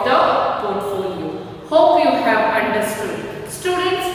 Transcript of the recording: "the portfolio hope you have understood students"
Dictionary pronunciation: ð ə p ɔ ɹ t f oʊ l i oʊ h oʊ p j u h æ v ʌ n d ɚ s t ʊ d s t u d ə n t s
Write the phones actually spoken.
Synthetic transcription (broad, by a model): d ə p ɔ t oʊ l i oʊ h oʊ p j u h æ v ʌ n d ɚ s t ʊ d s t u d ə n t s